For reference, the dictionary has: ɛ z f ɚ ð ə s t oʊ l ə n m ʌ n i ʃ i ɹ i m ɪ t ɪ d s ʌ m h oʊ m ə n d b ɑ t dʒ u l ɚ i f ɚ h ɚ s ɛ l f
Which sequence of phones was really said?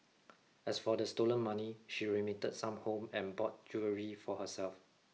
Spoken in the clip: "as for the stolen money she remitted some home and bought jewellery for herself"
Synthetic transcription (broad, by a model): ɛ s f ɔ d ə s t oʊ l ə n m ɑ n i ʃ i ɹ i m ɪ t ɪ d s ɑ m h oʊ m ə n b ɑ t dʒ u ɚ i f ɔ h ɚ s ɛ l f